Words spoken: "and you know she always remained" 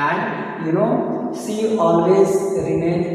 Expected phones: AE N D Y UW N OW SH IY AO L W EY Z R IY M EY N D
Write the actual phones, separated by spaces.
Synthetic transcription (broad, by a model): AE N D Y UW N OW S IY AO L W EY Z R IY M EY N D